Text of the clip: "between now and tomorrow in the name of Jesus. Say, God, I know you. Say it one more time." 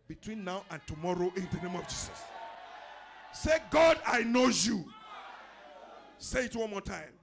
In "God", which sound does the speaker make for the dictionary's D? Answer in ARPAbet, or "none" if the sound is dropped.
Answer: D